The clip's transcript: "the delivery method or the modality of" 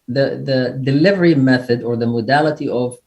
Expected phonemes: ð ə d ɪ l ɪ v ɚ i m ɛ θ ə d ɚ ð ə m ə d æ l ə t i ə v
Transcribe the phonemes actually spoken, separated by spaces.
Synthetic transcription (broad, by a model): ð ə d ɪ l ɪ v ɚ i m ɛ θ ə d ɚ ð ə m ə d æ l ə t i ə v